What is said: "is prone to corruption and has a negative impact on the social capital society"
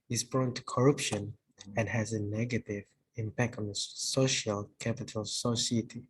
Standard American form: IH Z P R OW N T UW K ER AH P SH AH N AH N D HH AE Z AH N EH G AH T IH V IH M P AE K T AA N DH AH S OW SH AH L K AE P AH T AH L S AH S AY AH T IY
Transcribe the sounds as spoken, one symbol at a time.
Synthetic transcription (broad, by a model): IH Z B R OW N T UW K ER AH P SH AH N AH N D HH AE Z AH N EH G AH T IH V IH M P AE K T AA N DH AH S OW SH AH L K AE P AH T AH L S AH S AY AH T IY